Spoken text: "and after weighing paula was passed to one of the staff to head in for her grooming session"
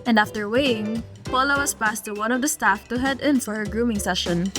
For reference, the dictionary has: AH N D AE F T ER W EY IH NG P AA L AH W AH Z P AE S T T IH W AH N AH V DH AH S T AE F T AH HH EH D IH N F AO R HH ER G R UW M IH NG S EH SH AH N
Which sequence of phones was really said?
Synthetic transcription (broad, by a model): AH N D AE F T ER W EY IH NG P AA L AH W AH S P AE S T T IH W AH N AH V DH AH S T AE F T AH HH EH D IH N F AO R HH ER G R UW M IH NG S EH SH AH N